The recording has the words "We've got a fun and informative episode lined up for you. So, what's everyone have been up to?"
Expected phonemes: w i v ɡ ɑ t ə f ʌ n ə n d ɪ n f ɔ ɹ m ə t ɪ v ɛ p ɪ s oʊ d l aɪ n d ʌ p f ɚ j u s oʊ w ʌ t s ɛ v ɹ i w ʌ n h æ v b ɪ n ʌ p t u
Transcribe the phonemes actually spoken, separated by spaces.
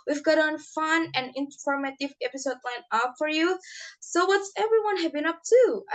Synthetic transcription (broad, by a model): w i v ɡ ɑ t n f ʌ n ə n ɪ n f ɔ ɹ m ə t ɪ v ɛ p ɪ s oʊ d l aɪ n ʌ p f ɚ j u s oʊ w ʌ t s ɛ v ɹ i w ʌ n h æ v b ɪ n ʌ p t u